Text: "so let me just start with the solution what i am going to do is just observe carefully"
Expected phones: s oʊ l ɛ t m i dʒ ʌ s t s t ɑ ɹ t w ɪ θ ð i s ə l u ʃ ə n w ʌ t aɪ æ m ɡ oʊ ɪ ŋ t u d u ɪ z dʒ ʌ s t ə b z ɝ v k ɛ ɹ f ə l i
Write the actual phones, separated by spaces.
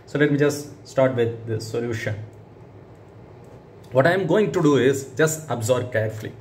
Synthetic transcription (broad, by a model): s oʊ l ɛ t m i dʒ ʌ s t s t ɑ ɹ t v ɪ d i s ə l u ʃ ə n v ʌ t aɪ m ɡ oʊ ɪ ŋ t u d u ɪ z dʒ ʌ s t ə b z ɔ b k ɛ ɹ f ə l i